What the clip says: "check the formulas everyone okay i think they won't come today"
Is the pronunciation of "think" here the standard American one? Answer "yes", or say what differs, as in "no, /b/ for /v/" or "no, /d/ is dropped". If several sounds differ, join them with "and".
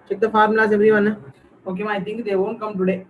no, /t/ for /θ/